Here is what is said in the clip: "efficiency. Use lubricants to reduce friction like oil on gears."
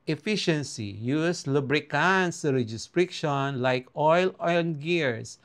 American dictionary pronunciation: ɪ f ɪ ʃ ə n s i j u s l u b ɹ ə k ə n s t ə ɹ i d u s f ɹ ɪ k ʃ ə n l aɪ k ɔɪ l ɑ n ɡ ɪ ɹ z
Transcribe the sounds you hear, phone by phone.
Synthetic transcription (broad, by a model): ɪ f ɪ ʃ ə n s i j u s l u b ɹ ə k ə n s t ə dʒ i s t ɹ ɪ k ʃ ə n l aɪ k ɔɪ l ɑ l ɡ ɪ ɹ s